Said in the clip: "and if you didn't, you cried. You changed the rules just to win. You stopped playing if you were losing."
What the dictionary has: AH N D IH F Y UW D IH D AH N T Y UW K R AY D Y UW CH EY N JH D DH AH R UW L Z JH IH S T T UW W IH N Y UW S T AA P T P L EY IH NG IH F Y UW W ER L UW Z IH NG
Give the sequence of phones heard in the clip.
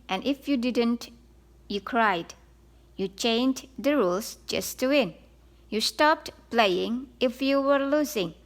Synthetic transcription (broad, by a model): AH N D IH F Y UW D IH D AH N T Y UW K R AY D Y UW CH EY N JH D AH R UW L S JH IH S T T UW W IH N Y UW S T AA P T P L EY IH NG IH F Y UW W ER L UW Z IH NG